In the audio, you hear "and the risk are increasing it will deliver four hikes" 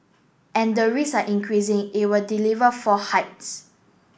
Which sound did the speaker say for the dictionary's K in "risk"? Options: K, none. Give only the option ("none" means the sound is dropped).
none